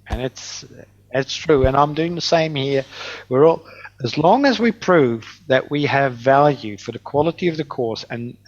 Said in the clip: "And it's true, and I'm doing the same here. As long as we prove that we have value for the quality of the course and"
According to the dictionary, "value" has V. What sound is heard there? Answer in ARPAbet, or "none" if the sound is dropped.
V